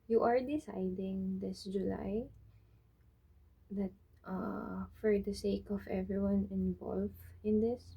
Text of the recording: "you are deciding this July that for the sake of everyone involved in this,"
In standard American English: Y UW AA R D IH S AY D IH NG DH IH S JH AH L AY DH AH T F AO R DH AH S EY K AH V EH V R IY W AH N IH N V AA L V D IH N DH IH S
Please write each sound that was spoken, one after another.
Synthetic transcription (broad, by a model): Y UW AA R D IH S AY D IH NG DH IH S JH AH L AY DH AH T F AO R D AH S EY K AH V EH V R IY W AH N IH N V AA L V IH N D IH S